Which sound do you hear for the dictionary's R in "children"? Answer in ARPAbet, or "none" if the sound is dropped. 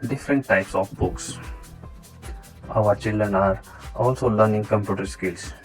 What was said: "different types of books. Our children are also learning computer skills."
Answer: R